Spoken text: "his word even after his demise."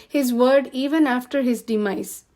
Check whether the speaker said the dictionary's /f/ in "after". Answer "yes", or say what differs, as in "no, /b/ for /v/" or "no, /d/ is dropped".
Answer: yes